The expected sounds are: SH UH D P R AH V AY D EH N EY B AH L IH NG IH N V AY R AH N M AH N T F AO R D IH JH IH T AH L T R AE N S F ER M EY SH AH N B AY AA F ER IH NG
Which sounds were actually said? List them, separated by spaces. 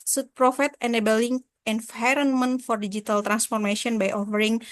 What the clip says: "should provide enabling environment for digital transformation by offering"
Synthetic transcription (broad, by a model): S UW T P R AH F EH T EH N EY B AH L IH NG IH N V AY R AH N M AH N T F AO R D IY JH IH T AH L T R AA N S F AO M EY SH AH N B AY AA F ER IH NG